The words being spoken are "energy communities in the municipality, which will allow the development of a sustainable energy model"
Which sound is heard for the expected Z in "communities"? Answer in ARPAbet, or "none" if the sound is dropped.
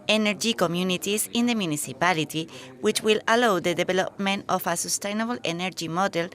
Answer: S